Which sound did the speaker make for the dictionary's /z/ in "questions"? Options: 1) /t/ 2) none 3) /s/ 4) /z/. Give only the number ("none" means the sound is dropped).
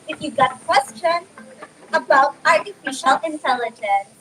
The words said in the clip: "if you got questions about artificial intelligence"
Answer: 2